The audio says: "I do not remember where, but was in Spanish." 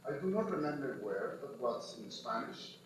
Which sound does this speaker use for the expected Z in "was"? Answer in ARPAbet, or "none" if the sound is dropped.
S